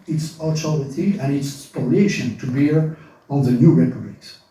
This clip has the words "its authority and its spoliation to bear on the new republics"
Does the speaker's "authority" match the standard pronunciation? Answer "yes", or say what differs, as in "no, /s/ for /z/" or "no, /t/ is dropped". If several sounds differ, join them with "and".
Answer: no, /t/ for /θ/